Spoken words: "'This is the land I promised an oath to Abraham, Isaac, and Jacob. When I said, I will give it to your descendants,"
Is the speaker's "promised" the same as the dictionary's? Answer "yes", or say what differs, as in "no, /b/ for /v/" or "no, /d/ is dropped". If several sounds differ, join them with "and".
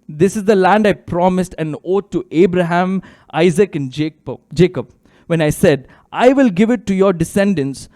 yes